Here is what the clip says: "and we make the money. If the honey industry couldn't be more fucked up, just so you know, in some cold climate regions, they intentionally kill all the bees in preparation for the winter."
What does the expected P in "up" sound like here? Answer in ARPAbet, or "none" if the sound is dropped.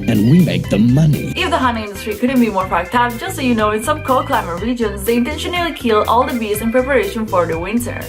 F